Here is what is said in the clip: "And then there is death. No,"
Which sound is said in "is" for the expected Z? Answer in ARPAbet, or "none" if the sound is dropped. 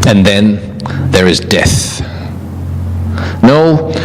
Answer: Z